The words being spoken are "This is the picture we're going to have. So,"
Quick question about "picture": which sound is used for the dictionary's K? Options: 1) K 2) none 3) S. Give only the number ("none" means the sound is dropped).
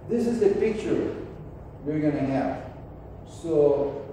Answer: 1